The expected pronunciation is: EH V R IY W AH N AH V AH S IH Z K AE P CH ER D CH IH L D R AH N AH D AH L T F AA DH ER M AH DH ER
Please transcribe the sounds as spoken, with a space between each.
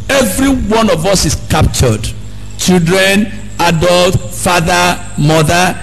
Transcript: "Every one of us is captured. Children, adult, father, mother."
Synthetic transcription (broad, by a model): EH V R IY W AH N AH V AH S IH S K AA P CH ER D CH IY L D R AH N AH D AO L T F AA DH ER M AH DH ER